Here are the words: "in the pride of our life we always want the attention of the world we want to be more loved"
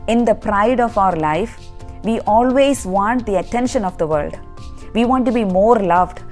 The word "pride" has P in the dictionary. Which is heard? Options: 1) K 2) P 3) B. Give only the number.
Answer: 2